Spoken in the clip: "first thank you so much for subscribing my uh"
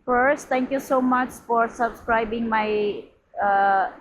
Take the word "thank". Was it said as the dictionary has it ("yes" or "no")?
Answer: no